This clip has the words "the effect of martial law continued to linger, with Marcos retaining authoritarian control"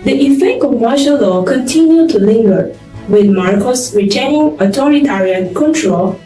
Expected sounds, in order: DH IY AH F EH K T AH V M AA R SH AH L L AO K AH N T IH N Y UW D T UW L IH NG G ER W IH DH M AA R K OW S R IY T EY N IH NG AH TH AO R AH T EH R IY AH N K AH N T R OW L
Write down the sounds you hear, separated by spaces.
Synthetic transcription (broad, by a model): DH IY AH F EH K AH M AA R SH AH L L AO K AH N T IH N Y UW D T UW L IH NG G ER W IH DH M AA R K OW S R IY T EY N IH NG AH T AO R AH T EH R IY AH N K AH N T R OW L